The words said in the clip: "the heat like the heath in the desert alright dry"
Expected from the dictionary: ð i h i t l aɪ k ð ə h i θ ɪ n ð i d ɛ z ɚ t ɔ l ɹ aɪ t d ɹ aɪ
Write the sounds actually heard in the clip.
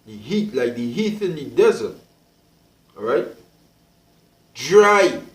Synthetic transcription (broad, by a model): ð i h i t l aɪ k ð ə h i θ ɪ n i d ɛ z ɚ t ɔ ɹ aɪ t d ɹ aɪ